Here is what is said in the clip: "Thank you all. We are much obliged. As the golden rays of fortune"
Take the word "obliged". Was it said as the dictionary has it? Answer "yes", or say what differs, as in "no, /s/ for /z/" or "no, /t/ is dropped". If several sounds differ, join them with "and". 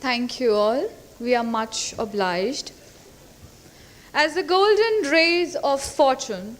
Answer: yes